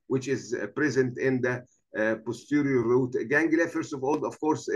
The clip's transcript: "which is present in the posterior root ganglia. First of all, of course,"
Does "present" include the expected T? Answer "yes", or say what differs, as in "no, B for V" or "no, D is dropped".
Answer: yes